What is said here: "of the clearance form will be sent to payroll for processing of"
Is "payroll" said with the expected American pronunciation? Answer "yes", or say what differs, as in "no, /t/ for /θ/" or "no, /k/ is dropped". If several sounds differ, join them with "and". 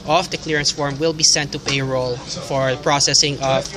yes